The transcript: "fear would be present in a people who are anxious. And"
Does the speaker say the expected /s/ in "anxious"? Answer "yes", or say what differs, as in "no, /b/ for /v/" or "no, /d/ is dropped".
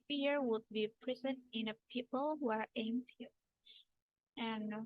no, /s/ is dropped